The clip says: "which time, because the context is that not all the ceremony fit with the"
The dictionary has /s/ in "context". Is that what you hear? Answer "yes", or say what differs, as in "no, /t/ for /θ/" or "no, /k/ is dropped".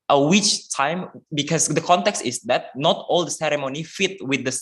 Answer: yes